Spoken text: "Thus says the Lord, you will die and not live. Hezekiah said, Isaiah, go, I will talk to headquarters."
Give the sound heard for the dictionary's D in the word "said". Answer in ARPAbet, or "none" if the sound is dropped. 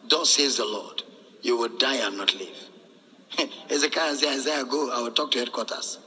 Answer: none